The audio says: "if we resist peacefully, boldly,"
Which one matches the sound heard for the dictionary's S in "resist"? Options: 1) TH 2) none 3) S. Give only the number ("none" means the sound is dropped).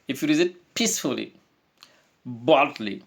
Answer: 2